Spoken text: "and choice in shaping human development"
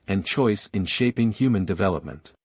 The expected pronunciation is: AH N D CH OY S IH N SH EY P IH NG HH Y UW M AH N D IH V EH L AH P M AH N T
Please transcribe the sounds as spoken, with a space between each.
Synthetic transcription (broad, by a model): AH N CH OY S IH N SH EY P IH NG HH Y UW M AH N D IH V EH L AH P M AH N T